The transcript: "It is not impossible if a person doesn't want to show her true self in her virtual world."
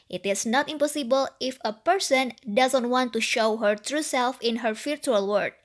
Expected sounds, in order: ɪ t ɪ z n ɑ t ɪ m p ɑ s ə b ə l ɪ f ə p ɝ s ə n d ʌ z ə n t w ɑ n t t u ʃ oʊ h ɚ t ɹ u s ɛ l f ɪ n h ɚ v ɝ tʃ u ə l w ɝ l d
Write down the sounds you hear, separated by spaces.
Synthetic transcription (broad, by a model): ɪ t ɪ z n ɑ t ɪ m p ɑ s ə b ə l ɪ f ə p ɝ s ə n d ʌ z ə n t w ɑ n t t u ʃ oʊ h ɚ t ɹ u s ɛ l f ɪ n h ɚ f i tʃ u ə l w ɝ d